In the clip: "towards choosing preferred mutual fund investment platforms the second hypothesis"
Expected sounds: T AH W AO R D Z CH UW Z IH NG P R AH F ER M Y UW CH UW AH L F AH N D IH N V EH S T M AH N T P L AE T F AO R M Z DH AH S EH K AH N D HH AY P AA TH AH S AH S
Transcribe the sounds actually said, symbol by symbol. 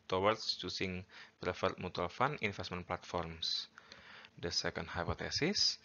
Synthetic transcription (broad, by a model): T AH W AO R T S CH UW S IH NG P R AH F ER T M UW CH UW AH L F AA N IH N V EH S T M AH N P L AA T F AO R M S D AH S EH K AH N D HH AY P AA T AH S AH S